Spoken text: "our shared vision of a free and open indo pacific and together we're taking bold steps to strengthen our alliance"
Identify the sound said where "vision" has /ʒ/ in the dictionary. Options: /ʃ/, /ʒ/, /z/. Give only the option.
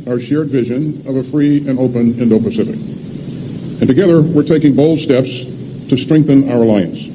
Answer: /ʒ/